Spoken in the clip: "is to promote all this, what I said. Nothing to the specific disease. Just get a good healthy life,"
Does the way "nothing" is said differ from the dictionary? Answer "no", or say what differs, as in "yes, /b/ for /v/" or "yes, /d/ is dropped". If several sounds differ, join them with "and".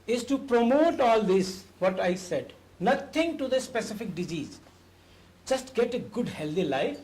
yes, /t/ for /θ/